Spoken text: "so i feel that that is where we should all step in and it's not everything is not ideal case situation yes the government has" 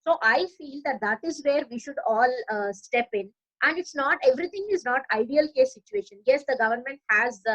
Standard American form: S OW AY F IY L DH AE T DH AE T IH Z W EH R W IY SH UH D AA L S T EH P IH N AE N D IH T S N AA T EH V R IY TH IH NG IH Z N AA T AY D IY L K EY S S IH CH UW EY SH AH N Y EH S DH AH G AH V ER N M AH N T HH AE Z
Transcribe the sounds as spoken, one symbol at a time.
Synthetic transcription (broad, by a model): S OW AY F IY L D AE T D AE T IH Z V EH R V IY SH UH D AA L S T EH P IH N AE N D IH T S N AA T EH V R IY T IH NG IH Z N AA T AY D IY L K EY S S IH CH UW EY SH AH N Y EH S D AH G AH V ER N M AH N T HH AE Z